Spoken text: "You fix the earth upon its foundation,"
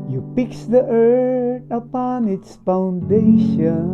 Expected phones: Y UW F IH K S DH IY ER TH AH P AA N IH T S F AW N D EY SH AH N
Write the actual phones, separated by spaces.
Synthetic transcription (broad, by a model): Y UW P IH K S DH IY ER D AH P AA N IH T S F AW N D EY SH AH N